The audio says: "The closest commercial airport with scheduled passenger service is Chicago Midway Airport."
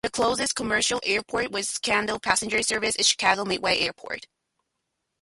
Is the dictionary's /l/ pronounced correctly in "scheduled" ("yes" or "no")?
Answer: no